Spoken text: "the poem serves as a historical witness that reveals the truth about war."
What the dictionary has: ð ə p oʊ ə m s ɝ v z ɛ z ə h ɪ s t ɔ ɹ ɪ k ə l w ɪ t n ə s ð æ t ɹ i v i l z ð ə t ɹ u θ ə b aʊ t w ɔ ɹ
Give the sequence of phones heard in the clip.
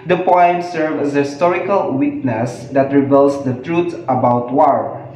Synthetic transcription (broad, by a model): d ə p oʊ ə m s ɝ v ɛ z ə h ɪ s t ɔ ɹ ɪ k ə l w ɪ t n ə s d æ t ɹ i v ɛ l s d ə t ɹ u t ə b aʊ t w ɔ ɹ